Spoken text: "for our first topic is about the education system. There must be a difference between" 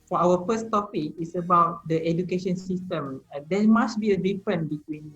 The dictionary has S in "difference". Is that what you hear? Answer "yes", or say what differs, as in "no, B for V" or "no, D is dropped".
no, S is dropped